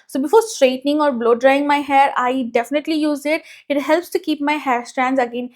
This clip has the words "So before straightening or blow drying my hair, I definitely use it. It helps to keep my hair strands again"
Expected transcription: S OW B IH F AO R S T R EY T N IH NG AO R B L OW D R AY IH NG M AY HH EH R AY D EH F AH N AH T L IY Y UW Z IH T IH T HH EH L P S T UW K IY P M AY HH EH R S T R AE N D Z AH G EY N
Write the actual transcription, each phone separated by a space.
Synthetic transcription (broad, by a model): S OW B IH F AO R S T R EY T N IH NG AO R B L OW D R AY IH NG M AY HH EH R AY D EH F AH N AH T L IY Y UW Z IH T IH T HH EH L P S T UW K IY P M AY HH EH R S T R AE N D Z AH G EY N